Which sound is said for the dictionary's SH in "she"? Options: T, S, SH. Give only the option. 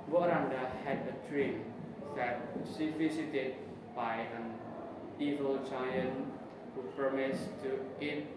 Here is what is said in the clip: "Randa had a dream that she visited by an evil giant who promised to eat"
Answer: S